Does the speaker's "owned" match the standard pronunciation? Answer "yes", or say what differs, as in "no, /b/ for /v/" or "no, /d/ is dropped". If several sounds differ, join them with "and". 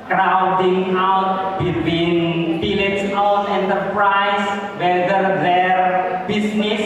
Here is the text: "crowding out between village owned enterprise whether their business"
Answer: no, /d/ is dropped